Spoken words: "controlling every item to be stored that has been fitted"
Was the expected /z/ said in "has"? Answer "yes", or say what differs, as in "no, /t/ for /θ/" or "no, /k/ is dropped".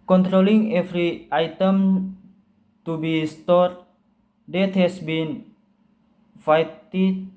no, /s/ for /z/